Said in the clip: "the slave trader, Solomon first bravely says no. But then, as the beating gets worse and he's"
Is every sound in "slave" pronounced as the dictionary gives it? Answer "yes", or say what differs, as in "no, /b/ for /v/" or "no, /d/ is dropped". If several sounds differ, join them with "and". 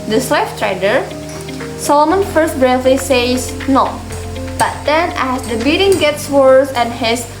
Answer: no, /f/ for /v/